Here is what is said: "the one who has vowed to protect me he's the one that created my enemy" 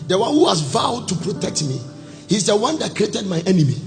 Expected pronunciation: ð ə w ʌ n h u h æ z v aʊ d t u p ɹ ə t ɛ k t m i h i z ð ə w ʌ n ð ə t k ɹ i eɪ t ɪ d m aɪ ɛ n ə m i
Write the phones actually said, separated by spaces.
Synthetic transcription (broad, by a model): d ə w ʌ n h u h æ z v aʊ d t u p ɹ ə t ɛ k t m i h i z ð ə w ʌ n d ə t k ɹ i eɪ t ɪ d m aɪ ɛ n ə m i